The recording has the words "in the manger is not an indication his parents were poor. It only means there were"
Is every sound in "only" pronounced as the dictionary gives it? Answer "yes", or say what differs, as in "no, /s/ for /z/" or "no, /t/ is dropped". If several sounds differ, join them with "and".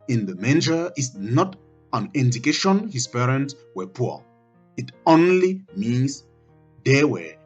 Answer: yes